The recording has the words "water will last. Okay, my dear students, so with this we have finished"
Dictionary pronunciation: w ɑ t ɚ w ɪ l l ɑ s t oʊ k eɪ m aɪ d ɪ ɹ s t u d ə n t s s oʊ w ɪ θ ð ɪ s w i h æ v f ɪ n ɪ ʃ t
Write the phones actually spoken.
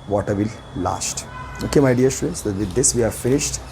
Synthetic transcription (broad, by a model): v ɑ t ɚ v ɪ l l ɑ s t oʊ k eɪ m aɪ d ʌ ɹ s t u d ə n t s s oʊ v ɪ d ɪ s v i h æ v f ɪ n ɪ ʃ t